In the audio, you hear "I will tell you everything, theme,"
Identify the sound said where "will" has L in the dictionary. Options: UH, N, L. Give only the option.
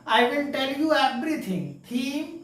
N